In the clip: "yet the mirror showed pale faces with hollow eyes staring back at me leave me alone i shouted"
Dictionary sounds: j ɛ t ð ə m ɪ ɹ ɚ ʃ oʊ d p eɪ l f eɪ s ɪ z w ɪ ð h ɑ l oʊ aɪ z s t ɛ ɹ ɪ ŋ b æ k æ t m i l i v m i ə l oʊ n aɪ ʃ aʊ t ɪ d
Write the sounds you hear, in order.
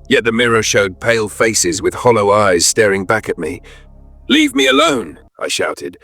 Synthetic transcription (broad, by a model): j ɛ t ð ə m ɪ ɹ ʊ ʃ oʊ d p eɪ l f eɪ s ɪ z w ɪ ð h ɑ l oʊ aɪ z s t ɛ ɹ ɪ ŋ b æ k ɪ t m i l i v m i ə l oʊ n aɪ ʃ aʊ t ɪ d